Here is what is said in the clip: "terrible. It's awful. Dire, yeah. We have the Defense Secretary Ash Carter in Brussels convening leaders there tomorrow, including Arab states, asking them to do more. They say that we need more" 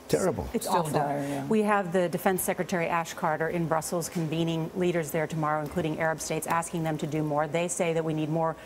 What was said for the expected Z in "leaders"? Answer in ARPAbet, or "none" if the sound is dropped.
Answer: Z